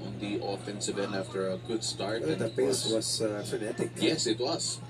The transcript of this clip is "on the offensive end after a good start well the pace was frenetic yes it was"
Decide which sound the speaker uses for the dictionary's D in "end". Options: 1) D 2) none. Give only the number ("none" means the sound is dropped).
2